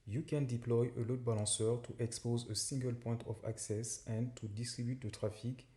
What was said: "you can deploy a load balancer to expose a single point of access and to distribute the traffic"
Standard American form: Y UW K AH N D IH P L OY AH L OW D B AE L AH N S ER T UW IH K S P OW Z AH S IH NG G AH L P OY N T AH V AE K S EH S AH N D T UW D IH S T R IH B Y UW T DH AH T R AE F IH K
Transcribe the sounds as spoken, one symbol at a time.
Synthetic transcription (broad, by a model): Y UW K AH N D IH P L OY AH L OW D B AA L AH S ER T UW IH K S P OW Z AH S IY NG G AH L P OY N T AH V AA K S EH S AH N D T UW D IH S T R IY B Y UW T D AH T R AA F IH K